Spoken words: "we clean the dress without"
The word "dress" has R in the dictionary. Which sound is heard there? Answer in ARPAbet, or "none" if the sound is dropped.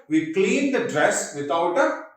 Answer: R